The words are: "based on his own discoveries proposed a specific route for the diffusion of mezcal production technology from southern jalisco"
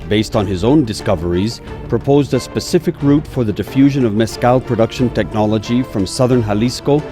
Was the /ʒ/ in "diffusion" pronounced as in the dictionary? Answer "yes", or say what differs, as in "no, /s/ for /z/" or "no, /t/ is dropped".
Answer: yes